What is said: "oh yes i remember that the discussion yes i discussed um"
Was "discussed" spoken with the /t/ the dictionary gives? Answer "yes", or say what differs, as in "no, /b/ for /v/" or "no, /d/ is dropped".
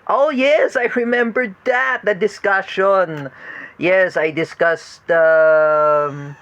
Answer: yes